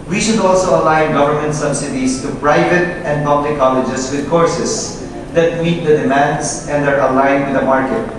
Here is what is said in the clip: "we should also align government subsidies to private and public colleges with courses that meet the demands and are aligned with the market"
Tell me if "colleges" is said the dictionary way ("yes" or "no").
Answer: no